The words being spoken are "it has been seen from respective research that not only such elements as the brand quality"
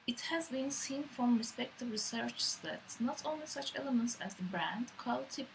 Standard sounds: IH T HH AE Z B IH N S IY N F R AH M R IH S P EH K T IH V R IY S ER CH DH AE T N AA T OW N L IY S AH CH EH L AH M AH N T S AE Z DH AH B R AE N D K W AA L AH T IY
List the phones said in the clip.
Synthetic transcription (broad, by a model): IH T HH AE Z B IH N S IY N F R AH M R IH S P EH K T IH V R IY S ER CH DH AE T N AA T OW N L IY S AH CH EH L AH M AH N T S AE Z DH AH B R AE N D K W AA L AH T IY